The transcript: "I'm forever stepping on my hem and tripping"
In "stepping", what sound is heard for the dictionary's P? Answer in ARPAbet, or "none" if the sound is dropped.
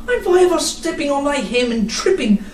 P